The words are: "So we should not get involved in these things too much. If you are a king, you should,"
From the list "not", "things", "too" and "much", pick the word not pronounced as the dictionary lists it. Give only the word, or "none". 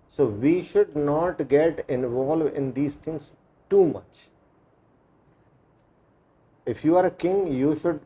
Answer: things